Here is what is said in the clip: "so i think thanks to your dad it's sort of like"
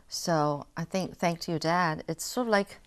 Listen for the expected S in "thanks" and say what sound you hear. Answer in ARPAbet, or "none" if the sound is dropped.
none